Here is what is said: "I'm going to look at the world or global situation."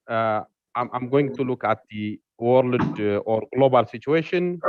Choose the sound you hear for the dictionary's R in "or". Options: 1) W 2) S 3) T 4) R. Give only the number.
4